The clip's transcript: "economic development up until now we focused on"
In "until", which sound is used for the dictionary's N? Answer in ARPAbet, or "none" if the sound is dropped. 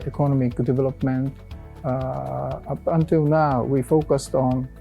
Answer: N